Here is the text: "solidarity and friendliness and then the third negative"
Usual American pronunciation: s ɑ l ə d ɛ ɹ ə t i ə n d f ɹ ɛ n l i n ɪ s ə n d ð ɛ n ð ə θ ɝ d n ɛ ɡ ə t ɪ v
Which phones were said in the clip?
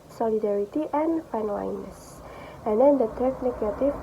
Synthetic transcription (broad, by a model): s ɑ l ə d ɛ ɹ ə t i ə n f ɛ n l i n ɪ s ə n d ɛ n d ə t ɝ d n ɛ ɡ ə t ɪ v